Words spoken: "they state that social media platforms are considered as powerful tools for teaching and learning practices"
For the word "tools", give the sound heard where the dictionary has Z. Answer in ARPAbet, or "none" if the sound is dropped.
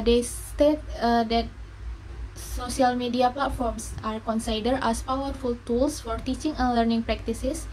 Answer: S